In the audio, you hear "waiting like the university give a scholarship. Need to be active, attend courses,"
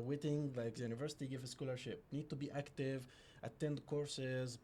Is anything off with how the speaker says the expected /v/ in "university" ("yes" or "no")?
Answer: no